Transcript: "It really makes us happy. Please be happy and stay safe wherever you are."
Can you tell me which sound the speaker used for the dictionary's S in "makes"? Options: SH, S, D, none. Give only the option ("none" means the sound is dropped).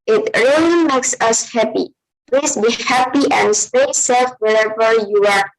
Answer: S